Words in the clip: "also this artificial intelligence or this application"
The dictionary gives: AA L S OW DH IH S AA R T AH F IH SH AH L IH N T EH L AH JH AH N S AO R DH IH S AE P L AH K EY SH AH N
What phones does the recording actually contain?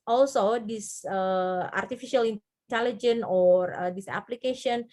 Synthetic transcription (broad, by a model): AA L S OW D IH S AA R T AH F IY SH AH L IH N T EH L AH JH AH N AO R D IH S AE P L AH K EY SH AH N